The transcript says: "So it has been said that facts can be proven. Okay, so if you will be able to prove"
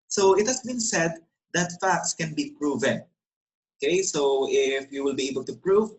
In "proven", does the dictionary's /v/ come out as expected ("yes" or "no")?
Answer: yes